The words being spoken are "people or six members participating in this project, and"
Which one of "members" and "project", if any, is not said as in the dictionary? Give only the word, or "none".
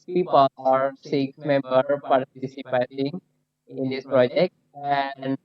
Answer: members